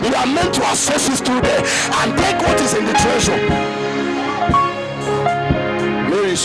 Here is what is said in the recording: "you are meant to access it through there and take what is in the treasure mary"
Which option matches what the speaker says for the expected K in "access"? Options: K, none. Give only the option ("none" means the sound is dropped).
none